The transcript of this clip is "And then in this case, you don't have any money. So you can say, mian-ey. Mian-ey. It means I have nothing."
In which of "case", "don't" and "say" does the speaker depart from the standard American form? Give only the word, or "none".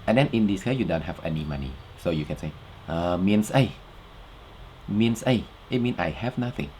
case